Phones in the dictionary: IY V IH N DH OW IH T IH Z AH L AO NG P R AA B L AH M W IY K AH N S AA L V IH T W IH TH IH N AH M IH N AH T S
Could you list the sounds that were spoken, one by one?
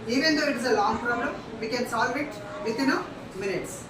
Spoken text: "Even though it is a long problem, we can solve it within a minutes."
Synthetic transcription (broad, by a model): IY V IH N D OW IH T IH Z AH L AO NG P R AA B L AH M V IY K AH N S AA L V IH T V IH T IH N AH M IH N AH T S